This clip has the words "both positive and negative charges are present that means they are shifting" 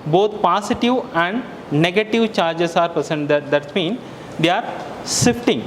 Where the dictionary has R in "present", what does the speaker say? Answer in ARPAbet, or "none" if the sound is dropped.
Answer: none